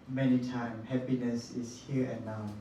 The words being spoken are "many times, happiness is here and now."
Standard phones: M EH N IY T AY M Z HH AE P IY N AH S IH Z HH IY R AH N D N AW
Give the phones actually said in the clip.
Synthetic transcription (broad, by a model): M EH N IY T AY M HH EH P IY N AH S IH S HH IY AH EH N AW